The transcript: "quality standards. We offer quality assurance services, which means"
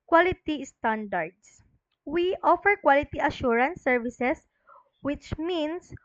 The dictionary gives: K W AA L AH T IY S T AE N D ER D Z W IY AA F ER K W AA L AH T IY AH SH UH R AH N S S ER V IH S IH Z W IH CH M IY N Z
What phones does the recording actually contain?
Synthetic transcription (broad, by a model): K W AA L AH T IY S T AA N D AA D S W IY AA F ER K W AA L AH T IY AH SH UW R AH N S S ER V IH S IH S W IH CH M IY N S